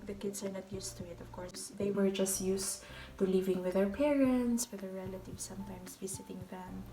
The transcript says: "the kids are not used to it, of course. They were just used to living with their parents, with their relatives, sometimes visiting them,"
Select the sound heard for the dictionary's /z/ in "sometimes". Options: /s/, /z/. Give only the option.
/s/